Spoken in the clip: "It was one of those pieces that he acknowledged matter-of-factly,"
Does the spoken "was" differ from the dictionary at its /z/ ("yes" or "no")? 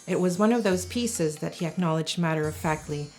no